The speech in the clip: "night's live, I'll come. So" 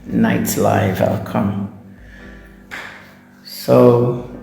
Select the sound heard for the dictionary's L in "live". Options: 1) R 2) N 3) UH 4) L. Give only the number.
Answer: 4